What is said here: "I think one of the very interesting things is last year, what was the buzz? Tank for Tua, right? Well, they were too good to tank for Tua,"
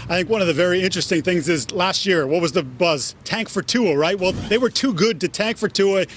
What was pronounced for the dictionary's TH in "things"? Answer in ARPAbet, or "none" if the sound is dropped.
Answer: TH